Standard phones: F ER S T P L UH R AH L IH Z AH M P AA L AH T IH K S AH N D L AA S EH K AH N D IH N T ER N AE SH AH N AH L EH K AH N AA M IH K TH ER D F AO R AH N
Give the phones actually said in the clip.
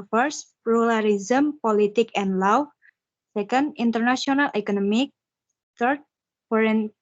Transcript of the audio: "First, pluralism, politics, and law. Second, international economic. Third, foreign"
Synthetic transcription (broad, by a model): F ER S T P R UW L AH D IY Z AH M P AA L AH T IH K AH N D L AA S EH K AH N D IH N T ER N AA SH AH N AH L EH K AH N AA M IH K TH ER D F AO R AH N